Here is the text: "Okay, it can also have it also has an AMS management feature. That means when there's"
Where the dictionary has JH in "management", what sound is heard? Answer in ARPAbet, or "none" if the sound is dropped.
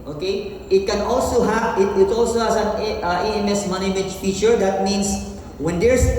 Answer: none